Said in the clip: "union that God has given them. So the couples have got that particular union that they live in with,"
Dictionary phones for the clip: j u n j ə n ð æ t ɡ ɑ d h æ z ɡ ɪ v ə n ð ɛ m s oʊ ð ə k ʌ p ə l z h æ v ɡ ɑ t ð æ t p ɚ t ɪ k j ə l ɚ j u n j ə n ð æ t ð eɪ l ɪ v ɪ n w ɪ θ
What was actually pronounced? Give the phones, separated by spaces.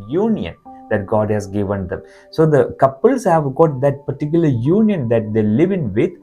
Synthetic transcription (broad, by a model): j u n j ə n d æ t ɡ ɑ d h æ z ɡ ɪ v ə n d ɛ m s oʊ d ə k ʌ p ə l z h æ v ɡ ɑ t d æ t p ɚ t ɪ k j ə l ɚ j u n j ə n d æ t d eɪ l ɪ v ɪ n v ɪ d